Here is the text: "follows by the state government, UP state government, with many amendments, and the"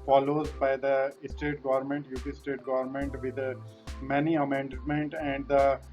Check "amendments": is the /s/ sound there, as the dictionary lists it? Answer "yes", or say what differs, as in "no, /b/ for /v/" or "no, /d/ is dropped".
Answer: no, /s/ is dropped